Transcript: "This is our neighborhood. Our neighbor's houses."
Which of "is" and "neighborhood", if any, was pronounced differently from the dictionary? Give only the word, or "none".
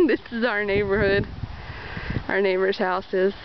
none